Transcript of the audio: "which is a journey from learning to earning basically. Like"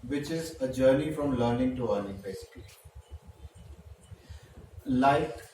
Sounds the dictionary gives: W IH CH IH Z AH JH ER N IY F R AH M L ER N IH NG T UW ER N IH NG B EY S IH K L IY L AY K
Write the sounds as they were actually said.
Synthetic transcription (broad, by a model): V IH CH IH Z AH JH ER N IY F R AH M L ER N IH NG T UW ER L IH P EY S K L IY L AY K